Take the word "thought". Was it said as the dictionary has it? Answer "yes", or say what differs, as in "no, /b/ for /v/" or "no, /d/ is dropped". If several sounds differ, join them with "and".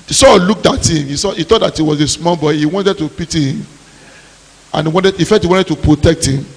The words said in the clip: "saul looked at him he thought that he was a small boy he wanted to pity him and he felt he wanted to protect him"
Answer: no, /s/ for /θ/